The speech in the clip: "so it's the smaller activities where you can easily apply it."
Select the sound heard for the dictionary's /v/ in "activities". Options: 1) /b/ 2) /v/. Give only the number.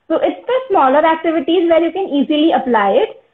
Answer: 2